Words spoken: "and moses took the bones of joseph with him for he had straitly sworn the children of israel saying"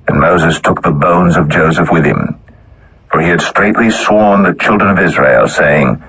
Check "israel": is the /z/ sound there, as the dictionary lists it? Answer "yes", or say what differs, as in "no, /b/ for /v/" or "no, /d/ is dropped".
yes